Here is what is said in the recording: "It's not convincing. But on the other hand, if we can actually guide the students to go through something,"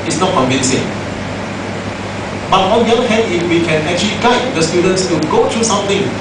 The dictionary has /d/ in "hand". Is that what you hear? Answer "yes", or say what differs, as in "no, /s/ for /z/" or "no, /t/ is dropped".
no, /d/ is dropped